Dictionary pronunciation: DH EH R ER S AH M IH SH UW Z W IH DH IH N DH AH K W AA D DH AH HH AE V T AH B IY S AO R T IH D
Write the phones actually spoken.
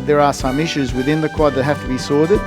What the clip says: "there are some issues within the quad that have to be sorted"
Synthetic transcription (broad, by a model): DH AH R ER S AH M IH SH UW Z W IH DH IH N DH AH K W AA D DH AH HH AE F T AH B IY S AO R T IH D